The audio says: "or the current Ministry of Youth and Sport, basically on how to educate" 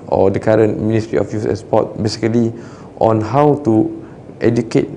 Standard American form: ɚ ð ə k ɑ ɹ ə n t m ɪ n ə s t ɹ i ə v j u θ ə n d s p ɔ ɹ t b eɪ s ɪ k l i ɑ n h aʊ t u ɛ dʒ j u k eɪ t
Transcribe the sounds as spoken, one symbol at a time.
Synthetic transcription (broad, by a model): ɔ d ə k ɑ ɹ ə n t m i n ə s t ɹ i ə f j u s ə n s p ɔ t b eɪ s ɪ k l i ɑ n h aʊ t u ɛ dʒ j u k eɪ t